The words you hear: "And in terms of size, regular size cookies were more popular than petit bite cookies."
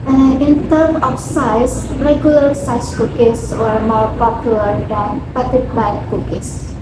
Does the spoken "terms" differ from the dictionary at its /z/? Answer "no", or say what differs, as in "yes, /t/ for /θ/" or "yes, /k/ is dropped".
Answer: yes, /z/ is dropped